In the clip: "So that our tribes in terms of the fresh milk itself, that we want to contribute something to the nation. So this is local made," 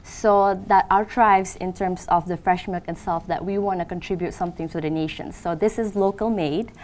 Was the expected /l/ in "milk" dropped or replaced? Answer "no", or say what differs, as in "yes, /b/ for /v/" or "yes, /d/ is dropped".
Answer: yes, /l/ is dropped